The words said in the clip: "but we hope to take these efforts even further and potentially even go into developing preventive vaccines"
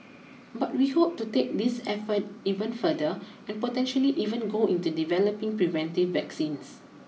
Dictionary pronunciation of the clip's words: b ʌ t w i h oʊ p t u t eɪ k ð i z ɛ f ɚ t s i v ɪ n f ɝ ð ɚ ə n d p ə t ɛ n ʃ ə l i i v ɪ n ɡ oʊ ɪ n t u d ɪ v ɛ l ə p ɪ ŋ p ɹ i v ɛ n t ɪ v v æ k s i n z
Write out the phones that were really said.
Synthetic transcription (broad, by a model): b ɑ t w i h oʊ p t u t eɪ k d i s ɛ f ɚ t i v ɪ n f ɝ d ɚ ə n p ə t ɛ n ʃ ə l i i v ɪ n ɡ oʊ ɪ n t u d ɪ v ɛ l ə p ɪ ŋ p ɹ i v ɛ n t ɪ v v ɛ k s i n s